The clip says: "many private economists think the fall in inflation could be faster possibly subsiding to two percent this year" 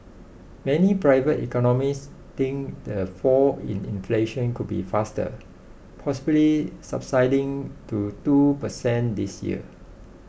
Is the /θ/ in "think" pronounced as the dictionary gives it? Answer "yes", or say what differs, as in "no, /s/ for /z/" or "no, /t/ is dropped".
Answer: no, /t/ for /θ/